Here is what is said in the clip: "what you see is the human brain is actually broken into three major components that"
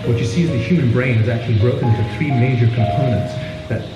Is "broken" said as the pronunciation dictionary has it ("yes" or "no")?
no